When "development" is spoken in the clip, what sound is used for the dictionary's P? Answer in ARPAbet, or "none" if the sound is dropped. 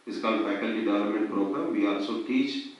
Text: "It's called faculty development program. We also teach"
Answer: none